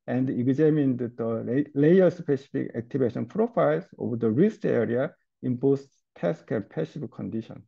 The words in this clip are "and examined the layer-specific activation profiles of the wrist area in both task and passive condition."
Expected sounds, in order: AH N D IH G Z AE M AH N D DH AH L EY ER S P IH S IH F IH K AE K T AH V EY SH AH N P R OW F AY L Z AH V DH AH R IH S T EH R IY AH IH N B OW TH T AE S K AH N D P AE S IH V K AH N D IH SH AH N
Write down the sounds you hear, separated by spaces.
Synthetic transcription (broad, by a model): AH N D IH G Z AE M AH N D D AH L EY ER S P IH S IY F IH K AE K T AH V EY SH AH N P R OW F AY L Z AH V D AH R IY S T EH R IY AH IH N B OW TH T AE S K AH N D P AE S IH B K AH N D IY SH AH N